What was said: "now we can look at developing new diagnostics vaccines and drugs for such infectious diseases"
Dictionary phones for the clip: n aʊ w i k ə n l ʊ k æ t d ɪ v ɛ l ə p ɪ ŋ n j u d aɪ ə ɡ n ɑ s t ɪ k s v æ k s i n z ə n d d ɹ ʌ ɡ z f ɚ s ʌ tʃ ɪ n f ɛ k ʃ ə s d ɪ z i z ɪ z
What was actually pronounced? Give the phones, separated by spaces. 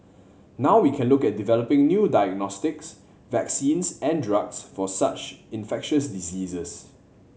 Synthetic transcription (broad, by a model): n aʊ w i k ə n l ʊ k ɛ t d ɪ v ɛ l ə p ɪ ŋ n j u d aɪ ə ɡ n ɑ s t ɪ k s v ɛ k s i n s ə n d d ɹ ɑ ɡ s f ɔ s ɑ tʃ ɪ n f ɛ k ʃ ə s d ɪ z i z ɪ s